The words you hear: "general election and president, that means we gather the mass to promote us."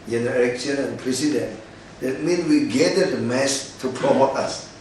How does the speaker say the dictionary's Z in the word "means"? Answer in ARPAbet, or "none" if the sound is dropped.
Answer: none